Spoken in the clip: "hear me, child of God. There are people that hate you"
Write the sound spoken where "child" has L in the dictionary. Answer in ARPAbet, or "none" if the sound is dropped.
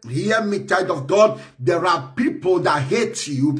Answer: none